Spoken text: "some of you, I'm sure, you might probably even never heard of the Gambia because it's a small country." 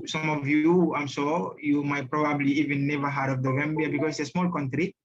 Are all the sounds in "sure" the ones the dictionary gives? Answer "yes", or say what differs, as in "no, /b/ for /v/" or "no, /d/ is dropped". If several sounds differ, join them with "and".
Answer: no, /s/ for /ʃ/